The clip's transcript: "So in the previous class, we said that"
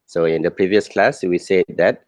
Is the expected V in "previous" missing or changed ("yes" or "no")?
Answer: no